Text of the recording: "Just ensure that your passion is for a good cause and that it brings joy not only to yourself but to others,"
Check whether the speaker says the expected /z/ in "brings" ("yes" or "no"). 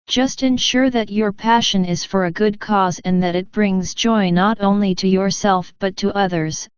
yes